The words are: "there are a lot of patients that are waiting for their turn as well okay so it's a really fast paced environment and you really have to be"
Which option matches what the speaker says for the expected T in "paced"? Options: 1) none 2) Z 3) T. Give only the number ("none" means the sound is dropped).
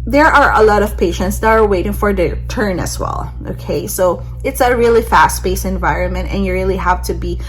1